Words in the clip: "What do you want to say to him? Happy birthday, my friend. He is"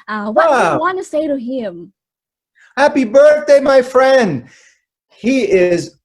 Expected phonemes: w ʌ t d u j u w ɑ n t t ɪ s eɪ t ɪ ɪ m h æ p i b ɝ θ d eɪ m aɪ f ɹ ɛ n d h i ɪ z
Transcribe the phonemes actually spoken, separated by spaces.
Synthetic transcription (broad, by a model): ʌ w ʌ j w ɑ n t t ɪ s eɪ t ɪ ɪ m h æ p i b ɝ θ d eɪ m aɪ f ɹ ɛ n d h i ɪ z